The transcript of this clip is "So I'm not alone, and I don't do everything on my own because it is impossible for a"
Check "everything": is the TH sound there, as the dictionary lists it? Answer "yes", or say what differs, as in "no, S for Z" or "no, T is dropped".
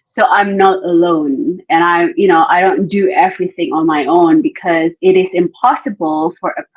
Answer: yes